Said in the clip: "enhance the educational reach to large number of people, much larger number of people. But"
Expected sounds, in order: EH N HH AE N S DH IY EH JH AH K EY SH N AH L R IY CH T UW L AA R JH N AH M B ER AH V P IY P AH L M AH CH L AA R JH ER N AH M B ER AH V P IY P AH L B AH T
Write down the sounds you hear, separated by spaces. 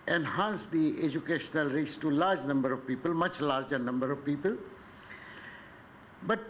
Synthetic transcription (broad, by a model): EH N HH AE N S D IY EH JH AH K EY SH N AH L R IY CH T UW L AA R JH N AH M B ER AH V P IY P AH L M AH CH L AA R JH ER N AH M B ER AH V P IY P AH L B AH T